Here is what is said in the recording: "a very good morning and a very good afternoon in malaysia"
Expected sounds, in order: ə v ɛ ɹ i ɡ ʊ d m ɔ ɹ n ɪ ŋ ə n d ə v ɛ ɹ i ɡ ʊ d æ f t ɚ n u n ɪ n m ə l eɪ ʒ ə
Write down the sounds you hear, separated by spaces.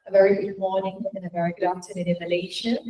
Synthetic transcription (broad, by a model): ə v ɛ ɹ i ɡ ʊ d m ɔ n ɪ ŋ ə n ə v ɛ ɹ i ɡ ʊ d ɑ t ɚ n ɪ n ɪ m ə l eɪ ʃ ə